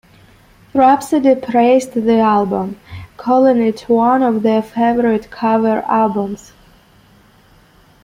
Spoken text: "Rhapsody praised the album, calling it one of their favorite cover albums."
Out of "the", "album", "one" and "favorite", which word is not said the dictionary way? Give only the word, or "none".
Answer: none